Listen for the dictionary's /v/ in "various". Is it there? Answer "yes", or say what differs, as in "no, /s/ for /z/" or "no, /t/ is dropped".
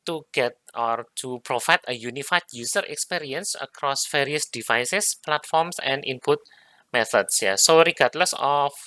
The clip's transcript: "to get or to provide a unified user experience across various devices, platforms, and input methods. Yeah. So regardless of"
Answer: no, /f/ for /v/